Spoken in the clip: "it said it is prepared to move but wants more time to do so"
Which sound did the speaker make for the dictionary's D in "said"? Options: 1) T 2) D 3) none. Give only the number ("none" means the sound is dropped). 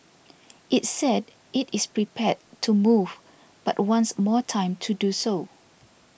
2